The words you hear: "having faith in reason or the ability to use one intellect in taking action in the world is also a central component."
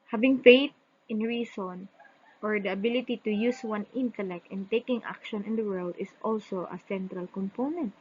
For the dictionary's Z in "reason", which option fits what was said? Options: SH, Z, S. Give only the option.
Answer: S